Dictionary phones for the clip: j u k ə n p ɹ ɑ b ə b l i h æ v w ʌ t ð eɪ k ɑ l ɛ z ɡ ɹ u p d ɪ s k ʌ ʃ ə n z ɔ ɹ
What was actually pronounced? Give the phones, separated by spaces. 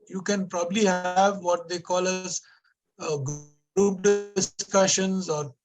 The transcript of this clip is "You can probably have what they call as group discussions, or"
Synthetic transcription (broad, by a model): j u k ə n p ɹ ɑ b ə b l i h æ v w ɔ t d eɪ k ɑ l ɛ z ɡ u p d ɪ s k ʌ ʃ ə n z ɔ ɹ